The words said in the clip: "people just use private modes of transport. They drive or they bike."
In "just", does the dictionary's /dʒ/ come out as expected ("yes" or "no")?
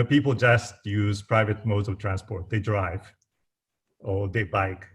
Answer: yes